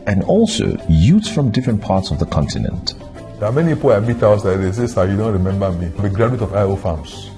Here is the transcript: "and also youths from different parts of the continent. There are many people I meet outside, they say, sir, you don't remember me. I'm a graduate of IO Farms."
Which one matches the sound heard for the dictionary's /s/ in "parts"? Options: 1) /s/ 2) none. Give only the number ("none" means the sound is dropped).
1